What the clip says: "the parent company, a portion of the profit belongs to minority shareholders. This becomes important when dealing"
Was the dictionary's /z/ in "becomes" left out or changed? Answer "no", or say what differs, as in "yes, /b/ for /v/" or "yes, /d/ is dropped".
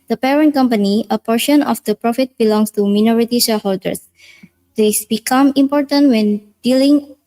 yes, /z/ is dropped